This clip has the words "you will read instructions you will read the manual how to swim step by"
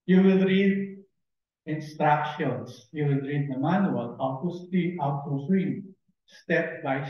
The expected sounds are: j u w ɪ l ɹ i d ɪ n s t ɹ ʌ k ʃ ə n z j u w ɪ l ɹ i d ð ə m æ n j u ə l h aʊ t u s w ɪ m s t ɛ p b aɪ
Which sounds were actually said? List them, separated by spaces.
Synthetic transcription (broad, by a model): j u w ɪ l ɹ i d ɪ n s t ɹ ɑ k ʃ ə n s j u w ɪ l ɹ i d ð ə m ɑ n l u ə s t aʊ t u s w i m s t ɛ p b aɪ